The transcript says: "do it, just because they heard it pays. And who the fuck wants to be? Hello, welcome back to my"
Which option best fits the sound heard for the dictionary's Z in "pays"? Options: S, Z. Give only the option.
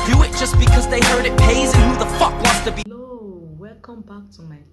Z